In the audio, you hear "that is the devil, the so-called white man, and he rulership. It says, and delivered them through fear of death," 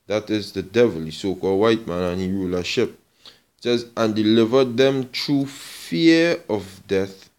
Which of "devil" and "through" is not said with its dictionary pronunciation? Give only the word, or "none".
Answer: through